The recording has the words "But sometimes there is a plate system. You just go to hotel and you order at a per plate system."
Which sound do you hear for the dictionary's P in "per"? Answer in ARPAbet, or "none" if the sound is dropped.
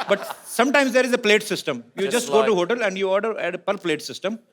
P